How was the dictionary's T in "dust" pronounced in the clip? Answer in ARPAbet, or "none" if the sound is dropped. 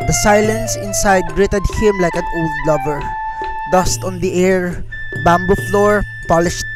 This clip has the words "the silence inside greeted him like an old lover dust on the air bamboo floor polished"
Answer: T